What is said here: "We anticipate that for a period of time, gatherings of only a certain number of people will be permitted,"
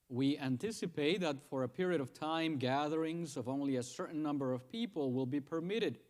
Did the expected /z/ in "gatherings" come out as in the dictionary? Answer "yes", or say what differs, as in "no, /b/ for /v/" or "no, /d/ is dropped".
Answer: yes